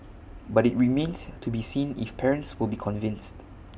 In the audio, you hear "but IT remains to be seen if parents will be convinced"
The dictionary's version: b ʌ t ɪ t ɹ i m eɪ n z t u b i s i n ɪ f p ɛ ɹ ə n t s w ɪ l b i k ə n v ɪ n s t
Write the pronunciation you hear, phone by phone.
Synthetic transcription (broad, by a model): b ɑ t ɪ t ɹ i m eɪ n s t u b i s i n ɪ f p ɛ ɹ ə n t s w ɪ l b i k ə n v ɪ n s t